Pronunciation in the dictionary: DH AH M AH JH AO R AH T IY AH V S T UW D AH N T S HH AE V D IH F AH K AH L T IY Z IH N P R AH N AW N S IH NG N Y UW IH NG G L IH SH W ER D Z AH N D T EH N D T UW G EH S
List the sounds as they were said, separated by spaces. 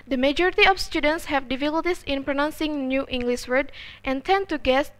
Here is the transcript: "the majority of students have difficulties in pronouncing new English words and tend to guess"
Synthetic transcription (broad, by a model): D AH M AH JH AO R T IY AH F S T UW D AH N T S HH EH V D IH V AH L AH T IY S IH N P R AH N AW N S IH NG N Y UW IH NG G L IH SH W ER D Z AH N T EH N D T UW G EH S